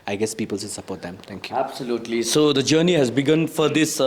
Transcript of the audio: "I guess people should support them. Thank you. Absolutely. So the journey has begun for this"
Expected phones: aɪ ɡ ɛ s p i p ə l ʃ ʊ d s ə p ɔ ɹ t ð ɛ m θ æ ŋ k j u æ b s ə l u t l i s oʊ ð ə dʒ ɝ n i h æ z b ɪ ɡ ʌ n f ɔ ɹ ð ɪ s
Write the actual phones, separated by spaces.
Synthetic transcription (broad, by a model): aɪ ɡ ɛ s p i p ə l s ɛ s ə p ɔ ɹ t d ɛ m t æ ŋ k j u æ b s ə l u t l i s oʊ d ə dʒ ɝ n i h æ z b ɪ ɡ ʌ n f ɔ ɹ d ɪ s